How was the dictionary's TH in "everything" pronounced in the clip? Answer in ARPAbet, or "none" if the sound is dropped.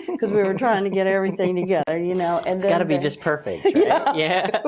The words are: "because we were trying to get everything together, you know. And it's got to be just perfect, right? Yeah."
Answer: TH